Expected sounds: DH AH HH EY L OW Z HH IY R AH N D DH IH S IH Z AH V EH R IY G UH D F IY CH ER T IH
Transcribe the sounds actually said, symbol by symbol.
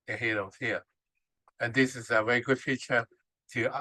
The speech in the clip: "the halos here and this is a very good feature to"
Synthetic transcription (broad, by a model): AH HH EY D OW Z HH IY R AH N DH IH S IH Z AH V EH R IY G UH D F IY CH ER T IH